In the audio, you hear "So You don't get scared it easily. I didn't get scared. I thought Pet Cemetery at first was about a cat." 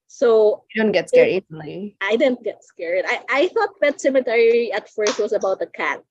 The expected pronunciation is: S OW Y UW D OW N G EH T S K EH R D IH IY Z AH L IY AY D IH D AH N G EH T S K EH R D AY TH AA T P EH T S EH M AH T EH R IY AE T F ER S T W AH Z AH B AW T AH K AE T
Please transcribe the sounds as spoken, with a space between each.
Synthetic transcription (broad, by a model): S OW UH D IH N G EH T S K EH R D IH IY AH IY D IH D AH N G EH T S K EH R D AY TH AA T B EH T S EH M AH T EH R IY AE T F ER S T W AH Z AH B AW T AH K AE T